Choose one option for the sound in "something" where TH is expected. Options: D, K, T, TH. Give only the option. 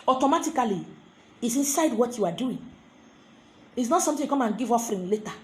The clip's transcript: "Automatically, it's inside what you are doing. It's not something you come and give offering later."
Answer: T